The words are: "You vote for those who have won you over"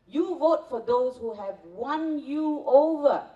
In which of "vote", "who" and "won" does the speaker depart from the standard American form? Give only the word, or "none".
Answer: none